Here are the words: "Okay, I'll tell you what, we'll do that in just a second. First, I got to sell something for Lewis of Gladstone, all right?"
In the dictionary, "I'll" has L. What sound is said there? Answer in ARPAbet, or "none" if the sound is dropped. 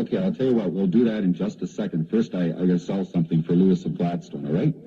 L